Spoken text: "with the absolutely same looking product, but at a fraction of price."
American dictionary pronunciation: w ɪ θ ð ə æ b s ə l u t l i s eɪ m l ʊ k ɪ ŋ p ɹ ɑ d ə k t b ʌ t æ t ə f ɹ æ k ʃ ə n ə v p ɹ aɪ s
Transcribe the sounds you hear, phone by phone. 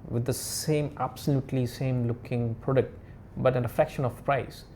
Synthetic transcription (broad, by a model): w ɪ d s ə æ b s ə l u t l i s eɪ m l ʊ k ɪ ŋ p ɹ ɑ d ə k t b ʌ t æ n ə f ɛ k ʃ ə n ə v p ɹ aɪ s